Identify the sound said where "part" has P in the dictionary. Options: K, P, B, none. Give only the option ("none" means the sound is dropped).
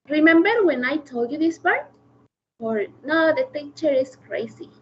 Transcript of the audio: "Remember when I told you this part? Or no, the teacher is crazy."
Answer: B